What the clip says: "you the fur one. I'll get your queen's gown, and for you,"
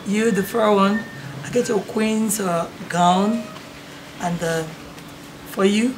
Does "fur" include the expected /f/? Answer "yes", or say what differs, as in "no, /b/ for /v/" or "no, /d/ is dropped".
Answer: yes